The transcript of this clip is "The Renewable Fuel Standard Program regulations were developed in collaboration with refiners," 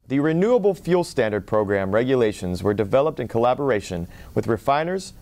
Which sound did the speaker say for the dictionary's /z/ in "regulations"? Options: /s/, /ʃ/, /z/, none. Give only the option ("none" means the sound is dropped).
/z/